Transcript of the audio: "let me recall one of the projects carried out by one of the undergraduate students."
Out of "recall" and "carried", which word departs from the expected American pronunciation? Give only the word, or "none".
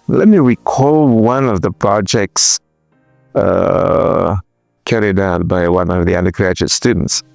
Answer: none